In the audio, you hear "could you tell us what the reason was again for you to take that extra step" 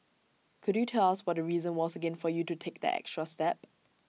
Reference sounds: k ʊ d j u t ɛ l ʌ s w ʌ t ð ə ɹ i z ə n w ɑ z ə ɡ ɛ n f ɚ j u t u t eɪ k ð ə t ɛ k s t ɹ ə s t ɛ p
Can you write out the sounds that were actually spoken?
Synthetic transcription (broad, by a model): k ʊ d j u t ɛ l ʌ s w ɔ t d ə ɹ i z ə n w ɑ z ə ɡ ɛ n f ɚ j u t u t eɪ k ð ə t ɛ k s t ɹ ə s t ɛ p